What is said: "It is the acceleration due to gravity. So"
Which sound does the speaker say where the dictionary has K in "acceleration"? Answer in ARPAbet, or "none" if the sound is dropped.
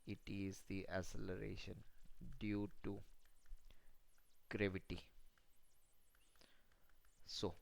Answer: none